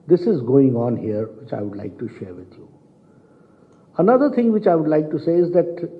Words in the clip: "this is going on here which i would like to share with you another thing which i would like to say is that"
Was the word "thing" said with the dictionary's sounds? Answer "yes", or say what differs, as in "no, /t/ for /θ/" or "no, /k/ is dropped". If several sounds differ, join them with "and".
no, /t/ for /θ/